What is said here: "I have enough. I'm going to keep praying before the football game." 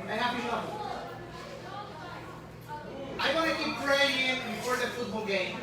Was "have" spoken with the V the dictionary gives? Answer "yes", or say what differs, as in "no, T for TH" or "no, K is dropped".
no, P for V